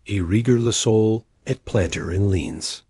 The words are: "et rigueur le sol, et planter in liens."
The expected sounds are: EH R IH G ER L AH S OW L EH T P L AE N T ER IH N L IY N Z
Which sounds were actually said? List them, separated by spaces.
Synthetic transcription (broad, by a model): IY R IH G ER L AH S OW L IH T P L AE N T ER IH N L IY N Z